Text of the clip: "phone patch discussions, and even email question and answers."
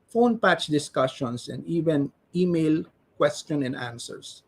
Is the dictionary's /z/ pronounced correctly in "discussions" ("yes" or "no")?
no